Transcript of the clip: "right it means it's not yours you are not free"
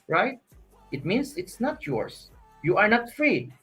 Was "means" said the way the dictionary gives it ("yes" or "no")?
no